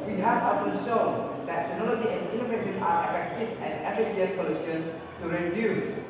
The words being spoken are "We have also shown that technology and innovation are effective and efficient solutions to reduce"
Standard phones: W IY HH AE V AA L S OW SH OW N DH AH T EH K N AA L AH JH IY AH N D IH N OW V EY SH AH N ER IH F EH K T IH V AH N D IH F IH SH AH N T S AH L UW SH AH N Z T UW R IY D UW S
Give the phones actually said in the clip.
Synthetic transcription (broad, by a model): W IY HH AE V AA S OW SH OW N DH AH T EH K N AA L AH JH IY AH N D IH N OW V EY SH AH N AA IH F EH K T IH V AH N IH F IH S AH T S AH L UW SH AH N T UW R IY D UW S